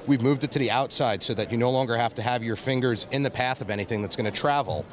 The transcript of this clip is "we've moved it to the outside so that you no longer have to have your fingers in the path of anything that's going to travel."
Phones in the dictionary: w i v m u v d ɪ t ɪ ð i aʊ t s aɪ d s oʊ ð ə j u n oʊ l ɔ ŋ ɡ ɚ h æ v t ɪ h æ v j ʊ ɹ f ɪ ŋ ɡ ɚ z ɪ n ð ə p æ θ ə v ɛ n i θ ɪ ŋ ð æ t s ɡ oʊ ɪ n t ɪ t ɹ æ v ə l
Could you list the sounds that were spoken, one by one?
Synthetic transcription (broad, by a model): w i v m u v d ɪ t ɪ ð i aʊ t s aɪ d s oʊ ð ə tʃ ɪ n oʊ l ɔ ŋ ɡ ɚ h æ f t ɪ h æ v j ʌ ɹ f ɪ ŋ ɡ ɚ z ɪ n ð ə p æ θ ə v ɛ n i θ ɪ ŋ ð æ t s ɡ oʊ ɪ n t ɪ t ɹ æ v l